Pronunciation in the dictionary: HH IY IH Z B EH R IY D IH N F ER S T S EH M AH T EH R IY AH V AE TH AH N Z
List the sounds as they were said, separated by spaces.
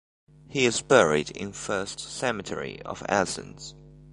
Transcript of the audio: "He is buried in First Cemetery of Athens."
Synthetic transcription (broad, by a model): HH IY IH Z B EH R IY D IH N F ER S T S EH M AH T EH R IY AH V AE S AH N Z